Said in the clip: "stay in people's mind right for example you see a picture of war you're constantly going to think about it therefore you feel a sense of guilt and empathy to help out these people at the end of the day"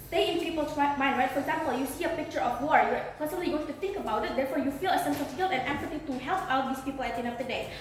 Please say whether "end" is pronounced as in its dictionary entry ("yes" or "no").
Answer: no